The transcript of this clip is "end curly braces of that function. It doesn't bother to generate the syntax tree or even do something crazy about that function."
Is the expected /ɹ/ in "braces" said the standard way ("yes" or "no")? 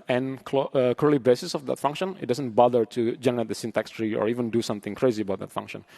no